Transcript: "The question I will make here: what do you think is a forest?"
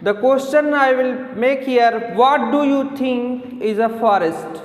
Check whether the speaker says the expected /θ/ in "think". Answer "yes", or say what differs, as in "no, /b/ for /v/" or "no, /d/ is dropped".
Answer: no, /t/ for /θ/